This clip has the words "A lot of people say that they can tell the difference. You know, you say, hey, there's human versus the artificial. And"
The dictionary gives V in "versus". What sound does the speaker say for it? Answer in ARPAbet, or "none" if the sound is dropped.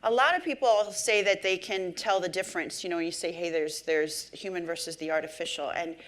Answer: V